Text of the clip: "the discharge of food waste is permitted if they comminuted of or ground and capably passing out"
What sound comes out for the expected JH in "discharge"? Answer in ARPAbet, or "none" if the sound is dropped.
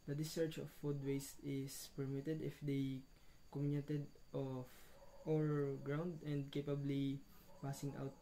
CH